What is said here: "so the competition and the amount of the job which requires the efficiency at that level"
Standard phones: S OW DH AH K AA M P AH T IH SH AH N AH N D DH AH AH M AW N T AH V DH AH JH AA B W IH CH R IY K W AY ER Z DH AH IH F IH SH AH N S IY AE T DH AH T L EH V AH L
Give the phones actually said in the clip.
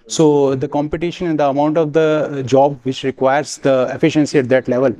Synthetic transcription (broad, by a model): S OW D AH K AA M P AH T IH SH AH N AH N D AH AH M AW N T AH V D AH JH AA B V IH CH R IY K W AY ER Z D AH IH F IH SH AH N S IY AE T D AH T L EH V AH L